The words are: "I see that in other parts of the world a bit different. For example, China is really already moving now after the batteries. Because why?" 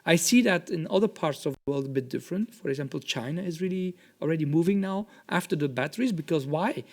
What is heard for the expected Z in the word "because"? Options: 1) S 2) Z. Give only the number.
2